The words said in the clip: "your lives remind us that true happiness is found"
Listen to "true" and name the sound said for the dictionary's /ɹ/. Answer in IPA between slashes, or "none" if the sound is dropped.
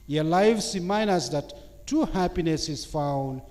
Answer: none